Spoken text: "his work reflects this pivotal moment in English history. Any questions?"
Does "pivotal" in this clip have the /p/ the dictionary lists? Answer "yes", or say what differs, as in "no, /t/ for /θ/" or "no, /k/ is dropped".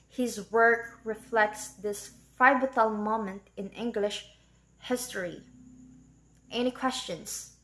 no, /f/ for /p/